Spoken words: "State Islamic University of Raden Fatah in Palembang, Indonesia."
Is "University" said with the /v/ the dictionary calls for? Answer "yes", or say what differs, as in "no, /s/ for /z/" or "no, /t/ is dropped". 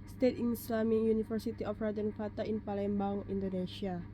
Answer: no, /f/ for /v/